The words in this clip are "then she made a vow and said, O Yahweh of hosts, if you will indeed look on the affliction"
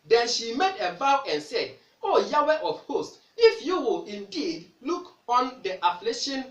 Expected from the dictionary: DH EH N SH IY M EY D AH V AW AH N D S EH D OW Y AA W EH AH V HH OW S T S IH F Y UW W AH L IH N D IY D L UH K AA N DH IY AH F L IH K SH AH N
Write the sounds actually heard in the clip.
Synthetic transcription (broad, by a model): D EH N SH IY M EY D AH B AW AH N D S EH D OW Y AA W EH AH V HH OW S T IH F Y UW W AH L IH N D IY D L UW K AA N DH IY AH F L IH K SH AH N